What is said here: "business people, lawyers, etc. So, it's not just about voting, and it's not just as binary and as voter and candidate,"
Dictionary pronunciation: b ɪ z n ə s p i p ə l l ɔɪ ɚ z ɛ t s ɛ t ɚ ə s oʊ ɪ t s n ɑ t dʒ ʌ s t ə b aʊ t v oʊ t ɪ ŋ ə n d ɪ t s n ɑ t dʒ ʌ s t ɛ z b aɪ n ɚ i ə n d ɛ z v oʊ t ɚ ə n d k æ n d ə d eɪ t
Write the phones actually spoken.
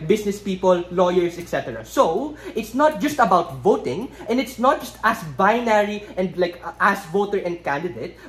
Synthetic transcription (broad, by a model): b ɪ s n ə s p i p ə l l ɔɪ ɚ s ɛ t s ɛ t ɚ ə s oʊ ɪ t s n ɑ t dʒ ʌ s t ə b aʊ t v oʊ t ɪ ŋ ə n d ɪ t s n ɑ t dʒ ʌ s t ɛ s b aɪ n ɚ i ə n d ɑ s v oʊ t ɚ ə n d k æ n d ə d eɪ t